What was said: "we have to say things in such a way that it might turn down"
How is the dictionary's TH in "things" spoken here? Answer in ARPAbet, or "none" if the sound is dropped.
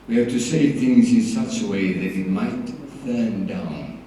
TH